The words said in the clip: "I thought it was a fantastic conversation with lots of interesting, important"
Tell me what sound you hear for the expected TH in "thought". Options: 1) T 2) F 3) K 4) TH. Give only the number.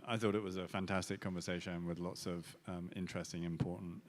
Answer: 4